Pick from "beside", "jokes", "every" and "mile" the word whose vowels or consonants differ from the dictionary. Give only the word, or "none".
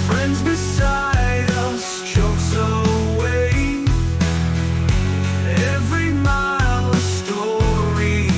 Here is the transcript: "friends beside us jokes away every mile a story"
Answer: jokes